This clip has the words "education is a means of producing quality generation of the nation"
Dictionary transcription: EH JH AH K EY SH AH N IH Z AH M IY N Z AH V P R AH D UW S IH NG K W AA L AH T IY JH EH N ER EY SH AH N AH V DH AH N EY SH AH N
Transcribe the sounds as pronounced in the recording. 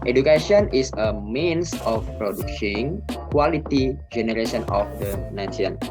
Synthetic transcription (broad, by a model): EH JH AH K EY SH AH N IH S AH M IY N S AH F P R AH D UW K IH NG K W AA L AH T IY JH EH N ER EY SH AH N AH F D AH N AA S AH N